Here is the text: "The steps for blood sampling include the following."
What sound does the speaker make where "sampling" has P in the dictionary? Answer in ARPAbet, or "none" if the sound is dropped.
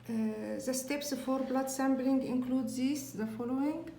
B